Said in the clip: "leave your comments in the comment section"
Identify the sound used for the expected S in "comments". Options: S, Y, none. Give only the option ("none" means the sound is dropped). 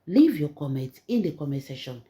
none